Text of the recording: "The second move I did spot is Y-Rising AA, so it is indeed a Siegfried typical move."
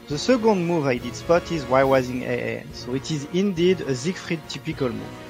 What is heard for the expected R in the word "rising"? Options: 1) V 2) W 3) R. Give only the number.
2